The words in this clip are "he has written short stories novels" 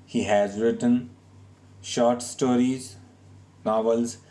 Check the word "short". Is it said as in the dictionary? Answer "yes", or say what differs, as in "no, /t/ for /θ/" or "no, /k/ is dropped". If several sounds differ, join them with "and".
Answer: yes